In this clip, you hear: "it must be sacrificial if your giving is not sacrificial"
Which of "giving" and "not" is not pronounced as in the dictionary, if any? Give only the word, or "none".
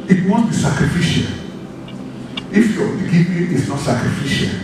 giving